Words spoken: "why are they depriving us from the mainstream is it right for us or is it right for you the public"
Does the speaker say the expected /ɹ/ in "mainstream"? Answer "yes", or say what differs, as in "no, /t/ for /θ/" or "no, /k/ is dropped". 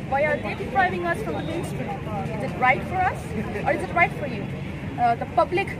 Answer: no, /ɹ/ is dropped